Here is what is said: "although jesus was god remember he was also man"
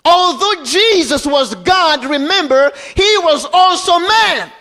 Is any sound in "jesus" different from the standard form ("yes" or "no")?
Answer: no